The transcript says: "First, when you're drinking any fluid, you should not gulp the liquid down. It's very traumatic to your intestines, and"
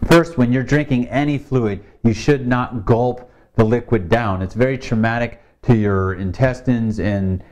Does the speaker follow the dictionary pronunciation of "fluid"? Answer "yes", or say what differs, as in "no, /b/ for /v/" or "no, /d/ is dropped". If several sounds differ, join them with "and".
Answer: yes